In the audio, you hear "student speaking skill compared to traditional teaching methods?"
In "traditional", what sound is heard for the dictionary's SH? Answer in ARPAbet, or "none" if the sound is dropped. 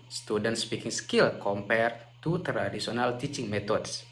S